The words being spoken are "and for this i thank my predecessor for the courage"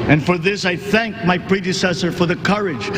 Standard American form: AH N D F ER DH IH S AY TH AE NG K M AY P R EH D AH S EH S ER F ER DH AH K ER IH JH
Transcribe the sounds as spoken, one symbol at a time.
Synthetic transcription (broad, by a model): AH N F ER DH IH S AY TH AE NG K M AY P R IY D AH S EH S ER F ER DH AH K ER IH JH